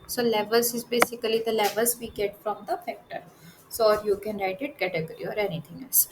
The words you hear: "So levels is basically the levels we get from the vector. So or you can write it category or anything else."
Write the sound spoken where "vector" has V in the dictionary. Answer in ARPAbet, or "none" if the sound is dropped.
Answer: F